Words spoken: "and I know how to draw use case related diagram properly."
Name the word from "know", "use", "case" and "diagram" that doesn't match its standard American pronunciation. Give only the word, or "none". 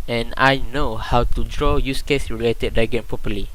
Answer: diagram